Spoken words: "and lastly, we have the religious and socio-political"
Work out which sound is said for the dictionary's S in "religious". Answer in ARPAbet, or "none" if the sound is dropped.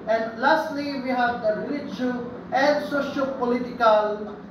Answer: none